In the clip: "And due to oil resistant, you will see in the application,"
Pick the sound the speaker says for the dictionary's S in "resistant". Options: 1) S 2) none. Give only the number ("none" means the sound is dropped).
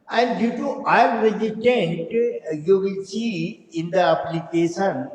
2